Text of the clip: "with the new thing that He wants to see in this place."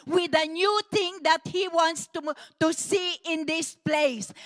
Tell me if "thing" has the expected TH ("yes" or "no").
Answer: no